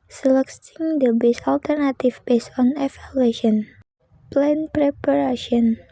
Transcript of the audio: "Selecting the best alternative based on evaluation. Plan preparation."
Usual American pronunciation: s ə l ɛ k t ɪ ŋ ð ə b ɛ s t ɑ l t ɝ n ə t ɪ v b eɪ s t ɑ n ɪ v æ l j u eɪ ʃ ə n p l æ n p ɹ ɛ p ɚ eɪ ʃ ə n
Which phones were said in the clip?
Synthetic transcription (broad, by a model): s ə l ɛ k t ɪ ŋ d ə b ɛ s ɑ l t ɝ n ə t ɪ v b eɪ s ɑ n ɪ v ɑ l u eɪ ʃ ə n p l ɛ n p ɹ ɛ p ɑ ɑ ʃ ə n